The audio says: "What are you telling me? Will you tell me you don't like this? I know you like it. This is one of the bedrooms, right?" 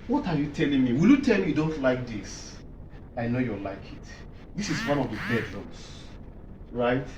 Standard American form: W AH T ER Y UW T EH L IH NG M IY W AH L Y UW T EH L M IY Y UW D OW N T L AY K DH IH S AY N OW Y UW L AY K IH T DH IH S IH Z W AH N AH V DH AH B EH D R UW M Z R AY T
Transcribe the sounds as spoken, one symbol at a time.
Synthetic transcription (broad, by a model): W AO T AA Y UW T EH L IH NG M IY W AH L Y UW T EH L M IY Y UW D OW N T L AY K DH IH S AY N OW Y UW L AY K IH T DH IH S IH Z W AH N AH V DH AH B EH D L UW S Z R AY T